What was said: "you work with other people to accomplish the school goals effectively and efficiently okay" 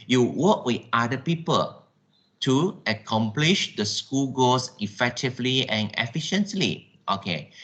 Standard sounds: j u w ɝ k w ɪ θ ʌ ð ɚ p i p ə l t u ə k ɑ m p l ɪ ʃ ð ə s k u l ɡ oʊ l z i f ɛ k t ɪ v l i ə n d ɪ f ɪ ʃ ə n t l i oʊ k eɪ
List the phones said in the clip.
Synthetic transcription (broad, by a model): j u w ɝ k w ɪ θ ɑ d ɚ p i p ə l t u ə k ɑ m p l ɪ ʃ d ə s k u l ɡ oʊ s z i f ɛ k t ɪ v l i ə n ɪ f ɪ ʃ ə n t l i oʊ k eɪ